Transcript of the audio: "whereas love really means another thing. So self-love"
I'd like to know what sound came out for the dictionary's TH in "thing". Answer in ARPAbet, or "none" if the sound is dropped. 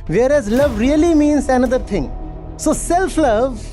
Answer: T